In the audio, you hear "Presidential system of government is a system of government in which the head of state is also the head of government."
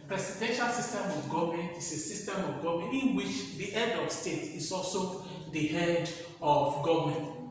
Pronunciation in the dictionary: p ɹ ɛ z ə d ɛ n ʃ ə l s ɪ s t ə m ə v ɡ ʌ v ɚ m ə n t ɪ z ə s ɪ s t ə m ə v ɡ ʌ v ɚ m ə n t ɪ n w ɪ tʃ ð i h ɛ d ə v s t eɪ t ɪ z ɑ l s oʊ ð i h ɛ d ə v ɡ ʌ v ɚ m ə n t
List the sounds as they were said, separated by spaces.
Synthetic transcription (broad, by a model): p ɹ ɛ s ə d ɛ n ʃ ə l s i s t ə m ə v ɡ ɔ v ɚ m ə n t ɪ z ə s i s t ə m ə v ɡ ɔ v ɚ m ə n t ɪ n w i tʃ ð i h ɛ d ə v s t eɪ t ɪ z ɑ l s oʊ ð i h ɛ d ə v ɡ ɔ v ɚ m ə n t